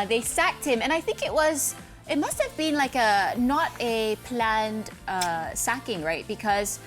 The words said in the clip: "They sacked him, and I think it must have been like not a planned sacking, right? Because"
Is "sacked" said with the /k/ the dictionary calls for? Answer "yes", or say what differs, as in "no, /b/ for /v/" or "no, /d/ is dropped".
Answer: yes